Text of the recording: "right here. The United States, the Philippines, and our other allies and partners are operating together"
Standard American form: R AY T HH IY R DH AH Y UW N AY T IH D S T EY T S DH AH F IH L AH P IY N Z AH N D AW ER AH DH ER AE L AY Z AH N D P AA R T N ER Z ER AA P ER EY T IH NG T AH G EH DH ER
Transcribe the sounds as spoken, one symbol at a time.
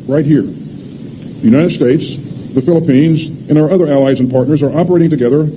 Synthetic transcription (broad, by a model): R AY T HH IY R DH Y UW N AY T IH D S T EY T S DH AH F IH L AH P IY N Z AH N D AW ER AH DH ER AE L AY Z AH N P AA R T N ER Z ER AA P ER EY T IH NG T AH G EH DH ER